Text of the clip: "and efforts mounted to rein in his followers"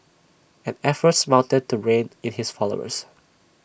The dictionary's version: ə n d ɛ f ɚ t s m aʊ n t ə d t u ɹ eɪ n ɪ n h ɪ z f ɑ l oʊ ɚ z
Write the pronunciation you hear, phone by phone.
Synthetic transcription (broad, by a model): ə n ɛ f ɚ t s m aʊ n t ə d t u ɹ eɪ n ɪ n h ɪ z f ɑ l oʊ ɚ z